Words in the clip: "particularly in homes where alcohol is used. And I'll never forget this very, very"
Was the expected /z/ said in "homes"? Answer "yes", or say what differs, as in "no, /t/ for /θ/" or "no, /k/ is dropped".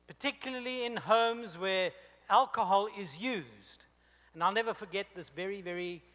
yes